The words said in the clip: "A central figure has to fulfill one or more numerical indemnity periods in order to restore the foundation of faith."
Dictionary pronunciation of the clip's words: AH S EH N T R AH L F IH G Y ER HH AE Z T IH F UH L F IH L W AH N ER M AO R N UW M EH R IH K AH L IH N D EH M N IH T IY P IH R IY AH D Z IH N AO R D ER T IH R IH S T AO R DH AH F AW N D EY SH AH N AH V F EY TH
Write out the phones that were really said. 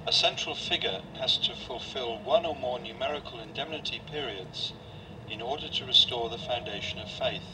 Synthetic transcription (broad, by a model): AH S EH N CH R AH L F IH G Y ER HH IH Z T IH F UH L F IH L W AH N ER M AO R N UW M EH R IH K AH L IH N D EH M N IH T IY P IH R IY AH D Z IH N AO R D ER T IH R IH S T AO R DH AH F AW N D EY SH AH N AH V F EY TH